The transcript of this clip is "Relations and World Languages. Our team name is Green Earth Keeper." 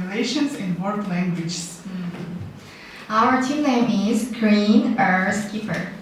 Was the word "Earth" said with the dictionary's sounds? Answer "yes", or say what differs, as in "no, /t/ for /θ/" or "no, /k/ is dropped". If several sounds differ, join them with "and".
no, /s/ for /θ/